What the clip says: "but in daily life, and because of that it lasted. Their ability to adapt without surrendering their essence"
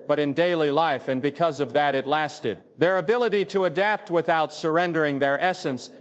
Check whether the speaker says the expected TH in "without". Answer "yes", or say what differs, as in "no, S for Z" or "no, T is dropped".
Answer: yes